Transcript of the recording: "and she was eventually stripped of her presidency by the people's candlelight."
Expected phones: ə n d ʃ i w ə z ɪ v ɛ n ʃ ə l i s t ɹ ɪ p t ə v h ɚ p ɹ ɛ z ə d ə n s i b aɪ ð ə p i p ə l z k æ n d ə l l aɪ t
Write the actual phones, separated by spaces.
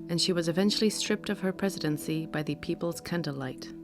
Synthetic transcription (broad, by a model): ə n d ʃ i w ə z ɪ v ɛ n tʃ l i s t ɹ ɪ p t ə v ɚ p ɹ ɛ z ə d ə n s i b aɪ ð ə p i p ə l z k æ n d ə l l aɪ t